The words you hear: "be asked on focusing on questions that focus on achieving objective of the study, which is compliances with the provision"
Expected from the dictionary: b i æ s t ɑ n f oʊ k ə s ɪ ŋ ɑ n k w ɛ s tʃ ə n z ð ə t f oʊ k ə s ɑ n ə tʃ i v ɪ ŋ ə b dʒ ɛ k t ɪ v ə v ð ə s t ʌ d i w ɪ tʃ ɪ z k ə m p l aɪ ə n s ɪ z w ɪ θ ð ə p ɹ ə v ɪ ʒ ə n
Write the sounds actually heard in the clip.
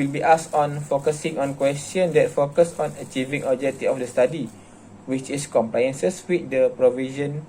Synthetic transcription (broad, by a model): b i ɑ s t ɑ n f oʊ k ə s ɪ ŋ ɑ n k w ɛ s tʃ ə n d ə t f oʊ k ə s ɑ n ə tʃ i v ɪ ŋ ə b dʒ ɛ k t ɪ ə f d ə s t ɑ d i w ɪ tʃ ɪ s k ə m p l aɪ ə n s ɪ s w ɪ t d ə p ɹ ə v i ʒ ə n